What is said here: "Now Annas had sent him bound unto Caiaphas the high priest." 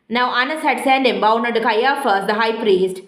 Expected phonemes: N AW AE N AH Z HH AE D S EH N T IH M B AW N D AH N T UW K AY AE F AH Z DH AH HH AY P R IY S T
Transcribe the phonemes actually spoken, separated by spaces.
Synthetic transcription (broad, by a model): N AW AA N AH S HH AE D S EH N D IH M B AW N AH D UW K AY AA F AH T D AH HH AY P R IY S T